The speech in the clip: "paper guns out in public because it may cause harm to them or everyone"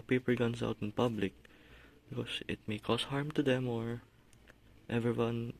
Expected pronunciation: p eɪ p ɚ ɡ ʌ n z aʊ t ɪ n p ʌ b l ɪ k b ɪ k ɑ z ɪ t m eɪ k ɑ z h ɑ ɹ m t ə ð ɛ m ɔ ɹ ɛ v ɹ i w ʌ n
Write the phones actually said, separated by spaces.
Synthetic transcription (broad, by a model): p eɪ p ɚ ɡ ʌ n s aʊ t ɪ n p ʌ b l ɪ k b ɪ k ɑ s ɪ t m eɪ k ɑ s h ɑ ɹ m t ə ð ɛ m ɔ ɹ ɛ v ɹ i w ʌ n